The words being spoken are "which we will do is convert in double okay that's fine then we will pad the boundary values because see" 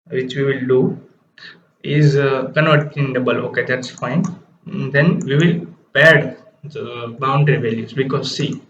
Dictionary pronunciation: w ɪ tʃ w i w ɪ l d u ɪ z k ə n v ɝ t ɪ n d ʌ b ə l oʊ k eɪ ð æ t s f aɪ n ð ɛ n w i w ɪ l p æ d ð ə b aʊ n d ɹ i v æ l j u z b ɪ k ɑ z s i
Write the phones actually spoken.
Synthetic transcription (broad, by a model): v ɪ tʃ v i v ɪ l d u ɪ z k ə n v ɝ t ɪ n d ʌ b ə l oʊ k eɪ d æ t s f aɪ n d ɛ n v i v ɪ l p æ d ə b aʊ n d ɹ i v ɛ l j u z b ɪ k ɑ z s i